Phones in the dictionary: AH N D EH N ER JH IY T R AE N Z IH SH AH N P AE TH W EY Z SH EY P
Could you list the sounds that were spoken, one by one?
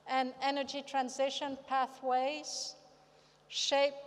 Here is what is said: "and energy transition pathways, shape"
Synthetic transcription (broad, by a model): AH N EH N ER JH IY T R AE N Z IH SH AH N P AE TH W EY Z SH EY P